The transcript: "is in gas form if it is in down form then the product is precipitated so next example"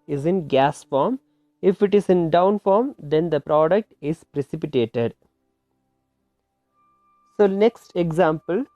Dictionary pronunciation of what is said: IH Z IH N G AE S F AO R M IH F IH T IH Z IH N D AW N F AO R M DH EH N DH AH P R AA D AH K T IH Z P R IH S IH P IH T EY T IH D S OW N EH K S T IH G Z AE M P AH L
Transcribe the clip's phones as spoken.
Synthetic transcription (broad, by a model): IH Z IH N G AE S F AO R M IH F IH T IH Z IH N D AW N F AO R M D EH N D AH P R AA D AH K T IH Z P R IH S IH P IH T EY T IH D S OW N EH K S T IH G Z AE M P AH L